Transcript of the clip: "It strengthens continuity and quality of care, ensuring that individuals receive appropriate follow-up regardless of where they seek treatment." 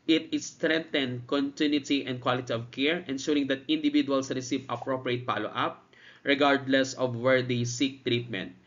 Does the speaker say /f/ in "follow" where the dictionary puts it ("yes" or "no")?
no